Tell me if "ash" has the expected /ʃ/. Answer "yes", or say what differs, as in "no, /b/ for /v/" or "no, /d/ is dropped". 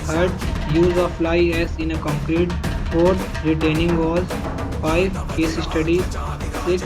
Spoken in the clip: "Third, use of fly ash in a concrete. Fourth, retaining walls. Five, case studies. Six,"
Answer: no, /s/ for /ʃ/